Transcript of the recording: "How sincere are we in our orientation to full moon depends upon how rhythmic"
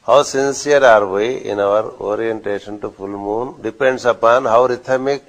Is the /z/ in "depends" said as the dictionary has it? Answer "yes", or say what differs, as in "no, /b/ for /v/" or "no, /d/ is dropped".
no, /s/ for /z/